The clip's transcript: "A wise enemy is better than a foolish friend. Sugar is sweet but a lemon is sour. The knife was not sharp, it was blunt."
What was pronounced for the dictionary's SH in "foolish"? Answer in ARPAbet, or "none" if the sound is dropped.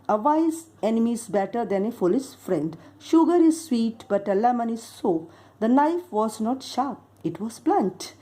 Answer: S